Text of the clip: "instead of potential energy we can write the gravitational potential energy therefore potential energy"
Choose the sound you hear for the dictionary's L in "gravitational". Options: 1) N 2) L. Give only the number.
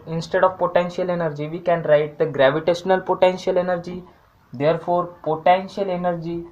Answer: 2